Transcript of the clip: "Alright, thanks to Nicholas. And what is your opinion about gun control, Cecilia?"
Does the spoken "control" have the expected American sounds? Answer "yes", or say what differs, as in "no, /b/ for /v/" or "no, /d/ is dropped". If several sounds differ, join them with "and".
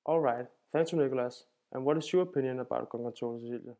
no, /ɹ/ is dropped